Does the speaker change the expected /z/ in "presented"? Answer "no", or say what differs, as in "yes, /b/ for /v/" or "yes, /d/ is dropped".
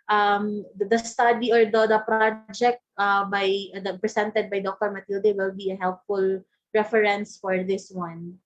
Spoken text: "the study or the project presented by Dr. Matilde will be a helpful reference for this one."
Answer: yes, /s/ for /z/